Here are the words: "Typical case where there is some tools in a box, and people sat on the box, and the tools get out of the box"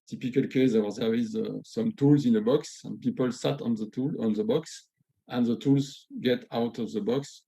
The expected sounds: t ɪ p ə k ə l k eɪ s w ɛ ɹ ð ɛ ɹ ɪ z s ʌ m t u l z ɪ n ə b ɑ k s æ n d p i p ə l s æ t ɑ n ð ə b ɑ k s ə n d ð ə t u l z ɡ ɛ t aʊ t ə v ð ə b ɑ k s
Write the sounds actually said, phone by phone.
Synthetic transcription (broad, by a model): t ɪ p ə k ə l k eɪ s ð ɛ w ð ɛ w ɪ z s ʌ m t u l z ɪ n ə b ɑ k s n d p i p ə l s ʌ t ɑ n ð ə b ɑ k s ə n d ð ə t u l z ɡ ɛ t aʊ t ə v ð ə b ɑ k s